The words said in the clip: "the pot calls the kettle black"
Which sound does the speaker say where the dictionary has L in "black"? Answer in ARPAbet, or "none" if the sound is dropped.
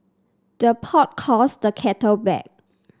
none